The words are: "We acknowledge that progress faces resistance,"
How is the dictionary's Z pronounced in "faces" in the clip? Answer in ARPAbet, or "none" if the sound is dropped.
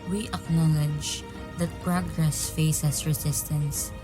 S